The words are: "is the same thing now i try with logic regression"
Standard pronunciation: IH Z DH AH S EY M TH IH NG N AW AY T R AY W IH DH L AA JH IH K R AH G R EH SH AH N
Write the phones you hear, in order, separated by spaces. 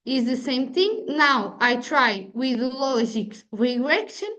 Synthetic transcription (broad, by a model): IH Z DH AH S EY M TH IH NG N AW AY T R AY W IH DH L AA ZH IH K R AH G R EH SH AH N